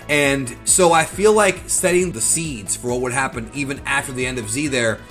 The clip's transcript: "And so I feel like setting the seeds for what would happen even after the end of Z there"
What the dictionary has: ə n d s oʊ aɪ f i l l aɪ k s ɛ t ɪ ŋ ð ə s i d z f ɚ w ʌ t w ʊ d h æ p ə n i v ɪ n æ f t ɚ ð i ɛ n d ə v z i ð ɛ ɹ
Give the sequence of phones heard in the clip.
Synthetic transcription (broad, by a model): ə n s oʊ aɪ f i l l aɪ k s ɛ t ɪ ŋ ð ə s i d z f ɚ w ʌ t w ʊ d h æ p ə n i v ɪ n æ f t ɚ ð i ɛ n d ə v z i ð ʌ ɹ